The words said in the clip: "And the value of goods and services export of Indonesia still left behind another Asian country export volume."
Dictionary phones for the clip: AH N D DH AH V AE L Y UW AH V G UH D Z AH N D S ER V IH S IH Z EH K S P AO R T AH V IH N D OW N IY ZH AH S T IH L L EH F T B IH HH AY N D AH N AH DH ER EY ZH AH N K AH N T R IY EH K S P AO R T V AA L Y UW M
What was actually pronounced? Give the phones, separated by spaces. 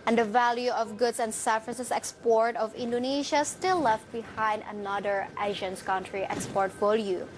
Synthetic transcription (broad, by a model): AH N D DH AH V AE L Y UW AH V G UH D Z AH N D S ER F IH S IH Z EH K S P AO R T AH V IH N D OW N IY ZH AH S T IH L L EH F T B IH HH AY N D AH N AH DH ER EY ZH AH N K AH N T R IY EH K S P AO R T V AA L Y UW